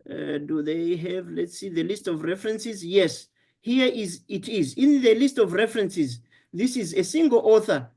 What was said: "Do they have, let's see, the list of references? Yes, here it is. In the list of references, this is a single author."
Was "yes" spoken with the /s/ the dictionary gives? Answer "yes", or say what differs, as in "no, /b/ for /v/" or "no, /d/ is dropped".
yes